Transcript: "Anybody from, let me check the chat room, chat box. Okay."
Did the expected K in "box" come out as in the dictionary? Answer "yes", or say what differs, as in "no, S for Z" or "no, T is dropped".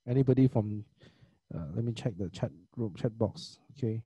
yes